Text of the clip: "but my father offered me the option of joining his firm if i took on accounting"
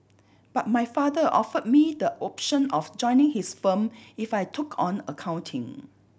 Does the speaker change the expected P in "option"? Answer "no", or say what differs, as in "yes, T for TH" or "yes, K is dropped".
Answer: no